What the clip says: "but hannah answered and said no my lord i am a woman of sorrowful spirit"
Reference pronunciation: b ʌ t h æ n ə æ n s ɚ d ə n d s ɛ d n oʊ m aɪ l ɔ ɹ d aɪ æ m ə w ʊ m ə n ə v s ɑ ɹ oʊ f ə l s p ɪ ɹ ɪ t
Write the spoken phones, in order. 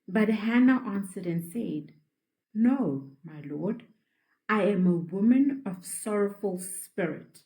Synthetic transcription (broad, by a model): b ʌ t h æ n ə æ n s ɚ d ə n s ɛ d n oʊ m aɪ l ɔ ɹ d aɪ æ m ə w ʊ m ə n ə v s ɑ ɹ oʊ f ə l s p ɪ ɹ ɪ t